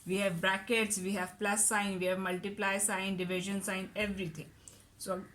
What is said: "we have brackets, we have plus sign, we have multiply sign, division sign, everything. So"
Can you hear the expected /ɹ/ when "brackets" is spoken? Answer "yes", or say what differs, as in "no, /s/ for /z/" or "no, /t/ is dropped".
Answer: yes